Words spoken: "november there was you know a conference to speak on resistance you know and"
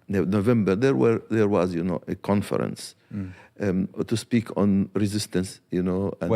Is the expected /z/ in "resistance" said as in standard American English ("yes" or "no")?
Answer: yes